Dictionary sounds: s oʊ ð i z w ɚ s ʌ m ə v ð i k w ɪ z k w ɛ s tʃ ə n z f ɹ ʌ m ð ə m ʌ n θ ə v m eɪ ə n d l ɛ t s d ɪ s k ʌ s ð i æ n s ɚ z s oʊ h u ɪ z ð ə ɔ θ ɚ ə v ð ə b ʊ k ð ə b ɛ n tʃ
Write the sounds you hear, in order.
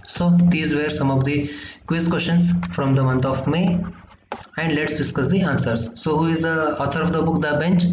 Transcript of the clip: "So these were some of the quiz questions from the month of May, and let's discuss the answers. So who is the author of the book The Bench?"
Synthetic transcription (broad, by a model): s oʊ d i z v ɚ s ʌ m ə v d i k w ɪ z k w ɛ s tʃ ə n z f ɹ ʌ m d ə m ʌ n t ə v m eɪ ə n d l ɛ t s d ɪ s k ʌ s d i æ n s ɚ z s oʊ h u ɪ z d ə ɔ t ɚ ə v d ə b ʊ k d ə b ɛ n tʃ